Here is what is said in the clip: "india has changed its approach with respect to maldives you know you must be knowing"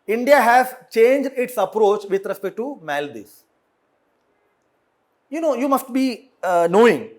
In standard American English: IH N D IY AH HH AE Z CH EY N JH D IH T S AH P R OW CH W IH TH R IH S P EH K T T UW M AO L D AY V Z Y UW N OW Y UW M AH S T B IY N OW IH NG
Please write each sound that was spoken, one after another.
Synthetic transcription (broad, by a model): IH N D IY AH HH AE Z CH EY N JH D IH T S AH P R OW CH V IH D R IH S P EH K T T UW M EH L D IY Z Y UW N OW Y UW M AH S T B IY N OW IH NG